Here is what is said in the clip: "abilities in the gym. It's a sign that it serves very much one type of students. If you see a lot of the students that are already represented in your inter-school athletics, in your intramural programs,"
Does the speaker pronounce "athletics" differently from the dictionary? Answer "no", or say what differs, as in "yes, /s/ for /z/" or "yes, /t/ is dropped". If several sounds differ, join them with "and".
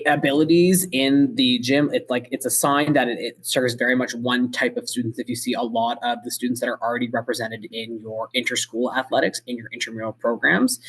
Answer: no